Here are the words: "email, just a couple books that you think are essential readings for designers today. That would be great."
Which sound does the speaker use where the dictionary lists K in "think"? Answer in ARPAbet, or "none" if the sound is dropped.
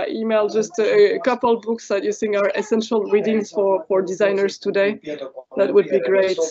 none